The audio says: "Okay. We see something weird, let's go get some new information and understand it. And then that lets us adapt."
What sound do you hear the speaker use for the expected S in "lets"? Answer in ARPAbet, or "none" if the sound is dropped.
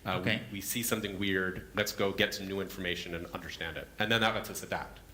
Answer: S